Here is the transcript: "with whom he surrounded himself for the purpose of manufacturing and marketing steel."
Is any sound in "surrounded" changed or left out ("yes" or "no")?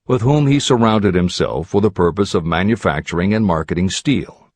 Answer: no